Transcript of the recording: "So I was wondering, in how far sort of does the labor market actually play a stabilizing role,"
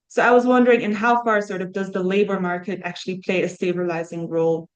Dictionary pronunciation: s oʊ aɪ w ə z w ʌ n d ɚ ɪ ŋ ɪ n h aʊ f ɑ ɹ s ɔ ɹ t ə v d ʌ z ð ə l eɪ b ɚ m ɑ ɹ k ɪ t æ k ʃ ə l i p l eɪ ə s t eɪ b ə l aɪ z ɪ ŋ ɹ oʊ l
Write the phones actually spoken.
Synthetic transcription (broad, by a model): s oʊ aɪ w ə z w ʌ n d ɚ ɪ ŋ ɪ n h aʊ f ɑ ɹ s ɔ ɹ t ə v d ʌ z ð ə l eɪ b ɚ m ɑ ɹ k ɪ t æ k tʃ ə l i p l eɪ ə s t eɪ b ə l aɪ z ɪ ŋ ɹ oʊ l